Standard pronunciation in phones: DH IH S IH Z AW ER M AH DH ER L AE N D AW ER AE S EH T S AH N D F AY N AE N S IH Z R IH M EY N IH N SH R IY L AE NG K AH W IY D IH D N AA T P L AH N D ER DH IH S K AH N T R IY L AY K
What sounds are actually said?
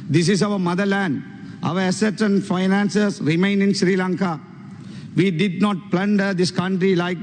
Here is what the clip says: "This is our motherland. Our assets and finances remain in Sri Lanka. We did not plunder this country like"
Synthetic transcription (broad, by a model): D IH S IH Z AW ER M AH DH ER L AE N D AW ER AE S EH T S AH N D F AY N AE N S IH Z R IH M EY N IH N SH R IY L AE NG K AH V IY D IH D N AA T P L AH N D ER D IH S K AH N T R IY L AY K